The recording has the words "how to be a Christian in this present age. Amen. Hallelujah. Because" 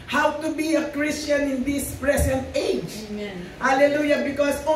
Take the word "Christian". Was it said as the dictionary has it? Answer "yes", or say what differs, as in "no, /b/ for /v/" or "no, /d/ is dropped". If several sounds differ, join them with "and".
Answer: yes